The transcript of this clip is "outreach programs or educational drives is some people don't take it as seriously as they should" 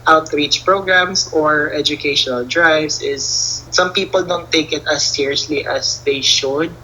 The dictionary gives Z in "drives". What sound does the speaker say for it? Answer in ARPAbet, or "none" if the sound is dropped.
S